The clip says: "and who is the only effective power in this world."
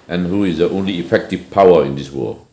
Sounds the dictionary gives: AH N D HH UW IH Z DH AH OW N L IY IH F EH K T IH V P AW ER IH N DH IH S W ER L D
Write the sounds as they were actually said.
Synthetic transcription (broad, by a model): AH N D HH UW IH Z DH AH OW N L IY IH F EH K T IH V P AW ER IH N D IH S W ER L